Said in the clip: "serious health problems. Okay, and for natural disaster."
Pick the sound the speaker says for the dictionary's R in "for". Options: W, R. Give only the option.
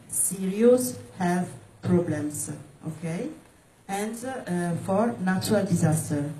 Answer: R